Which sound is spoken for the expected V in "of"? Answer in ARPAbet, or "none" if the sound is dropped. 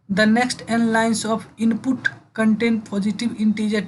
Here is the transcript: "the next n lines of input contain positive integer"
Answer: P